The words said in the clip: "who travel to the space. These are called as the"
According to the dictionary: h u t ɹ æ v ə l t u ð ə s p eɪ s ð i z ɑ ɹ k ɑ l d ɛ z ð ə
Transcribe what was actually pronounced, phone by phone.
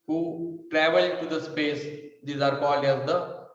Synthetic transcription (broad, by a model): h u t ɹ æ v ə l t u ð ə s p eɪ s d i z ɑ ɹ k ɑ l ɛ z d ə